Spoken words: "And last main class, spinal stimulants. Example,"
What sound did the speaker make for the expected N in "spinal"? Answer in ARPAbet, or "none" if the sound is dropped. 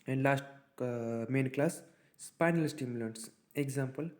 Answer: N